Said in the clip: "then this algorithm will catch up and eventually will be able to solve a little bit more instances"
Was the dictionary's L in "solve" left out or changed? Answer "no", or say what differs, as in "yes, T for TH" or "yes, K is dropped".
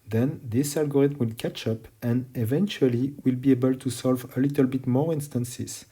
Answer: no